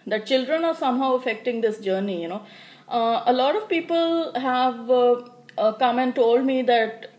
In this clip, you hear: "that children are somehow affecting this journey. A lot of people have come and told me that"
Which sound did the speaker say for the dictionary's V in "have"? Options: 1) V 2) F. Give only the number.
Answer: 1